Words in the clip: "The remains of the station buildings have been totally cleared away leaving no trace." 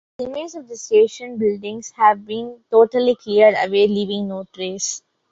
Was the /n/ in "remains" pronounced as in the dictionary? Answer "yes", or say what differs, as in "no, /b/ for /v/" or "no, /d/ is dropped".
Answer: no, /n/ is dropped